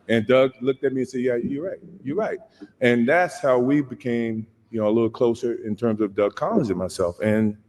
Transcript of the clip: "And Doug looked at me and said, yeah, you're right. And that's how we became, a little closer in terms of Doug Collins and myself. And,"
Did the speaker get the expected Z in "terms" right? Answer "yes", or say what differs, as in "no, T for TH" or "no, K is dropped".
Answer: yes